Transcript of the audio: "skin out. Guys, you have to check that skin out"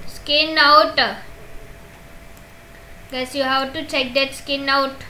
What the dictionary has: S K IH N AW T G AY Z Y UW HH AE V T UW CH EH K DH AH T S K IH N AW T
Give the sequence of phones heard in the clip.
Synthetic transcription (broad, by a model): S K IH N AW T G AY S Y UW HH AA W T UW CH EH K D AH T S K IH N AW T